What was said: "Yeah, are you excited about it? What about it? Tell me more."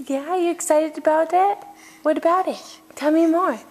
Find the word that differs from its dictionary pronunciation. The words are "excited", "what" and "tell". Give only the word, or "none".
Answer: none